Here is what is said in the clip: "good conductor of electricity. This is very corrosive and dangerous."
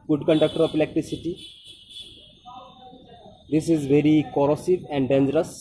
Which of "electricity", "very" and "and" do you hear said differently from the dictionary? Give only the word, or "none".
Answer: electricity